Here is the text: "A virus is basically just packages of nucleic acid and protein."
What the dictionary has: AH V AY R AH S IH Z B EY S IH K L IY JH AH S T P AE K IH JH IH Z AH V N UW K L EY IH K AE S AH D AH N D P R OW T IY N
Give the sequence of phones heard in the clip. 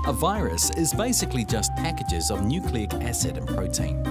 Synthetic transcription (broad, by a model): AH V AY R AH S IH Z B EY S IH K L IY JH AH S P AE K IH JH IH Z AH V N UW K L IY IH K AE S AH D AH N P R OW T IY N